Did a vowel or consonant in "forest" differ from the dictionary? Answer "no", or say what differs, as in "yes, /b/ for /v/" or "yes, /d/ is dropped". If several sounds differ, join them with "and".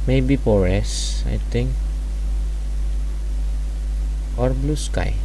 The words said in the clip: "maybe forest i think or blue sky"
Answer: yes, /t/ is dropped